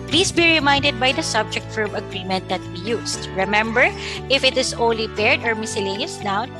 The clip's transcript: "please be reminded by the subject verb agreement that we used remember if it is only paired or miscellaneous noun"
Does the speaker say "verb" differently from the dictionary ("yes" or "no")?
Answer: yes